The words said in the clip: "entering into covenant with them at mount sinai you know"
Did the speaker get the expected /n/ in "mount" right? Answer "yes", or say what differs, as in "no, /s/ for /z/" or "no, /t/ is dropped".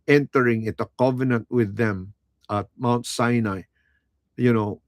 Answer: yes